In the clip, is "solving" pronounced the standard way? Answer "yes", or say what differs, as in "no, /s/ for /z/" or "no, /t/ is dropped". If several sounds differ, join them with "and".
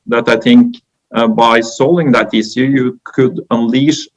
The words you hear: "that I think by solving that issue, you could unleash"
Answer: no, /v/ is dropped